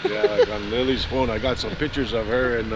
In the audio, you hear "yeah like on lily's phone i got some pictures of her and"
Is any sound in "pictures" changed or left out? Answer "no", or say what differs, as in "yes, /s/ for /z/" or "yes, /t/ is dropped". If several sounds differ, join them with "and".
no